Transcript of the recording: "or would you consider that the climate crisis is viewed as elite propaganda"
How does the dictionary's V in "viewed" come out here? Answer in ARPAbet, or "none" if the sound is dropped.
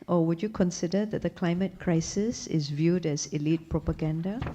V